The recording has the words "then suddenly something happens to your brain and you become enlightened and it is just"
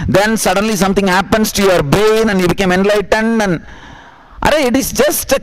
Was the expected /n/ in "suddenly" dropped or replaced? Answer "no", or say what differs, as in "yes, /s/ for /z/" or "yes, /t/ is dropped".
no